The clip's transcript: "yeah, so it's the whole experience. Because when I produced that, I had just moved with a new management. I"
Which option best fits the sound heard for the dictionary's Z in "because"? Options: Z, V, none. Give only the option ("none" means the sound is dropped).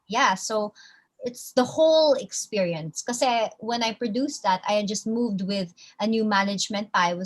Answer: none